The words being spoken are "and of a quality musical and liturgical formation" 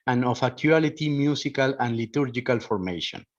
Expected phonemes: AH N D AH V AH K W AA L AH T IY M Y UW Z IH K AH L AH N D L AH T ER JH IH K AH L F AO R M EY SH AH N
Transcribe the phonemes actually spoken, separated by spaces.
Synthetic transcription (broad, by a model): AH N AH F AH K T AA L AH T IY M Y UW S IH K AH L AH N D L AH T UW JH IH K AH L F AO R M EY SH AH N